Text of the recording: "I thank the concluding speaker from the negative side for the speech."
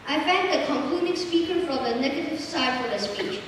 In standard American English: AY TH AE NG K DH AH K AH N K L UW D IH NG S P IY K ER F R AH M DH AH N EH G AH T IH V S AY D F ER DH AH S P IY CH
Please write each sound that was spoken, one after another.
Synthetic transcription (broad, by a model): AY F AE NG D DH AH K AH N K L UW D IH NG S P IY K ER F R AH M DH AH N EH G AH T IH V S AY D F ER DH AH S P IY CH